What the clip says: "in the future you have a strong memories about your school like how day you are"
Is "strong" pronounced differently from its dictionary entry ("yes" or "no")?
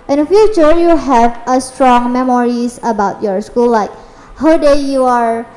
no